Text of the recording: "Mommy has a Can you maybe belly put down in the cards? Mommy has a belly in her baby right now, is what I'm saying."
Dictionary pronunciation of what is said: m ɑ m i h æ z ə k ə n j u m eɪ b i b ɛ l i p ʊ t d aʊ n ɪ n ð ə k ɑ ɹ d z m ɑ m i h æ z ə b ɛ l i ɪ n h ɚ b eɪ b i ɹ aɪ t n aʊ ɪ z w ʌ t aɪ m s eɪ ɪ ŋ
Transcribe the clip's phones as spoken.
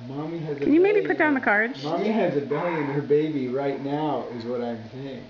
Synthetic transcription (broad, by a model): m ɑ m i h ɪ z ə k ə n j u m eɪ i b i p ʊ t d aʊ ɪ n ð ə k ɑ ɹ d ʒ m ɑ m i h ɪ z ə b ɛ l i ɪ n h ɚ b eɪ b i ɹ aɪ t n aʊ ɪ z w ʌ t aɪ m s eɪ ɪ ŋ